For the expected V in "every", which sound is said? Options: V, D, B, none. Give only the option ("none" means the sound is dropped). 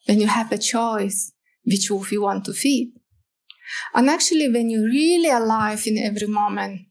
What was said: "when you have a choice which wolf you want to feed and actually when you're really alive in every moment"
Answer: V